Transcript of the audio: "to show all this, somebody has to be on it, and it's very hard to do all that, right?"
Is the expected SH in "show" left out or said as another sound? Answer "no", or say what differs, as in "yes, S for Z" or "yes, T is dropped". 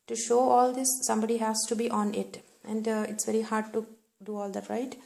no